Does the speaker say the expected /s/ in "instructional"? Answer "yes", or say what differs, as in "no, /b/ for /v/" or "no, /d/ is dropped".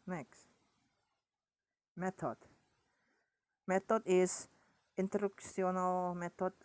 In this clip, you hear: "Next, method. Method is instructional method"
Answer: no, /s/ is dropped